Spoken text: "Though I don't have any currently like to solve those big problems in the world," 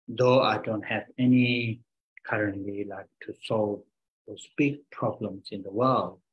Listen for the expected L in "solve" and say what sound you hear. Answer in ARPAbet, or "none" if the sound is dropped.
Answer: L